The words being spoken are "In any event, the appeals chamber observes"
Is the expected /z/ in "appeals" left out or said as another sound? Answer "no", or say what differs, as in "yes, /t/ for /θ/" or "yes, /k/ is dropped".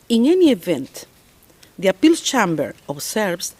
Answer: yes, /z/ is dropped